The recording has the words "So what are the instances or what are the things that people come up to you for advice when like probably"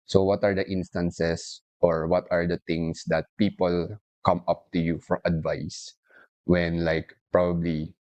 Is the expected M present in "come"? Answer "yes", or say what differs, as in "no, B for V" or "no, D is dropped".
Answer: yes